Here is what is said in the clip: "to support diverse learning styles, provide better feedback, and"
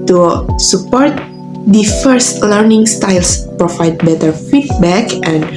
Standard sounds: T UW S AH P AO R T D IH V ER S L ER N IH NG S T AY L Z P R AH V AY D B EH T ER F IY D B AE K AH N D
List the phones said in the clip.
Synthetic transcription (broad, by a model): T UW S AH P AO R T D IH F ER S L ER N IH NG S T AY L S P R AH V AY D B EH T ER F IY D B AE K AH N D